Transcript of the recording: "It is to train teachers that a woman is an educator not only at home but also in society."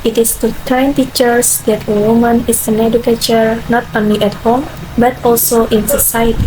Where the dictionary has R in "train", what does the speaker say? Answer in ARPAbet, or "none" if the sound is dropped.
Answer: none